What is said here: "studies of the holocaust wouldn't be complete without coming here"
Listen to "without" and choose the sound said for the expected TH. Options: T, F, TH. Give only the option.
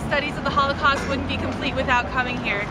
TH